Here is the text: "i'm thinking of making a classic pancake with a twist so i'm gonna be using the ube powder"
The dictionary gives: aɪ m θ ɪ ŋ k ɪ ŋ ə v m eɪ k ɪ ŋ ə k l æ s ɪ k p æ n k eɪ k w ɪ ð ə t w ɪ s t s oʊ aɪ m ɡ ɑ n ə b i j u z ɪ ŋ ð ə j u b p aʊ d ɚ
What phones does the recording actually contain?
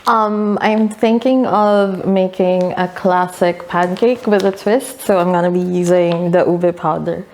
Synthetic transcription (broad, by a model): aɪ m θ ɪ ŋ k ɪ ŋ ə v m eɪ k ɪ ŋ ə k l æ s ɪ k p æ n k eɪ k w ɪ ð ə t w ɪ s t s oʊ aɪ m ɡ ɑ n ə b i j u z ɪ ŋ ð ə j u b p aʊ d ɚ